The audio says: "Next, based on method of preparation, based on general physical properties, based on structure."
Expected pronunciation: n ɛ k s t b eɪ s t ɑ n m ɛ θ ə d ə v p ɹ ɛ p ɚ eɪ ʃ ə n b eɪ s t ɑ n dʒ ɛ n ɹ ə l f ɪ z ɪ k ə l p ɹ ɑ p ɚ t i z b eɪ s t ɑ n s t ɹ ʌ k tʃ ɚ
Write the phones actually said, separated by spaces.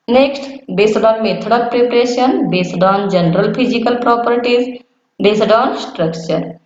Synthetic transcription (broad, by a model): n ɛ k s t b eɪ s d ɑ n m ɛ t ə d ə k p ɹ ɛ p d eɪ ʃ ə n b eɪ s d ɑ n dʒ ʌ n ɹ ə l p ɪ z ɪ k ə l p ɹ ɑ p ɚ t i z b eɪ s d ɑ n s t ɹ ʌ k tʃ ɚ